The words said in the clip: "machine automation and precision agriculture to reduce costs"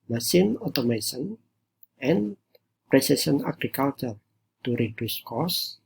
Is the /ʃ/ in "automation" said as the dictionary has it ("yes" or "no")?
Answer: no